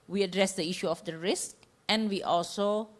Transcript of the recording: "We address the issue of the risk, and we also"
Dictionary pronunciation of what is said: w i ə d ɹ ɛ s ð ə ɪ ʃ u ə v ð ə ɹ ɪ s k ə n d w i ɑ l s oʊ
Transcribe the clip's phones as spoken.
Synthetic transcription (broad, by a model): w i ə d ɹ ɛ s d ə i ʃ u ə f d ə ɹ ɪ s k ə n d w i ɑ l s oʊ